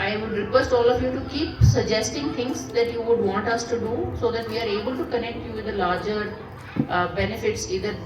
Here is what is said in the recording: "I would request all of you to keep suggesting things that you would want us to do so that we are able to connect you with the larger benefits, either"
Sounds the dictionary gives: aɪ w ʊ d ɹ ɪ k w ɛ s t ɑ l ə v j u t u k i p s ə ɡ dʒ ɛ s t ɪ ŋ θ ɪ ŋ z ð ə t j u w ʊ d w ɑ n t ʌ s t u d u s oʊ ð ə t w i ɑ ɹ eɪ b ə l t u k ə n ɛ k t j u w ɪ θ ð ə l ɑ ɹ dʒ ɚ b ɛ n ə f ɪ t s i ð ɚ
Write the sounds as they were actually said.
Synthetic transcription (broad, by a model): aɪ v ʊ d ɹ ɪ k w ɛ s t ɑ l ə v j u t u k i p s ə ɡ dʒ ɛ s t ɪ ŋ t ɪ ŋ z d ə t j u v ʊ d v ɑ n t ʌ s t u d u s oʊ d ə t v i ɑ ɹ eɪ b ə l t u k ə n ɛ k t j u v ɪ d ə l ɑ ɹ dʒ ɚ b ɛ n ə f ɪ t s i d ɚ